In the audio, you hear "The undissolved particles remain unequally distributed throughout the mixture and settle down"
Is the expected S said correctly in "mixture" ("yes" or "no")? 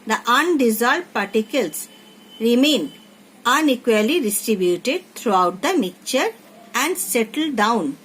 no